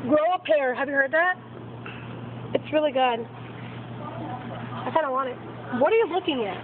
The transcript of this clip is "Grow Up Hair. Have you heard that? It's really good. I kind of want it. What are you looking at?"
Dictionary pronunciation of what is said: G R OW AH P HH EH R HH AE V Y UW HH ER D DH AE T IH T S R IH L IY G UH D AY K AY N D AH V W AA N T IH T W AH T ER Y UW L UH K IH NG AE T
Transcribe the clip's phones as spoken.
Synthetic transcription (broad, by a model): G R OW AH P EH R HH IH V Y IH HH ER D DH AE T IH T S R IH L IY G UH D AY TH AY D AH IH W AA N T IH T W AH T ER Y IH L UH K IH NG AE T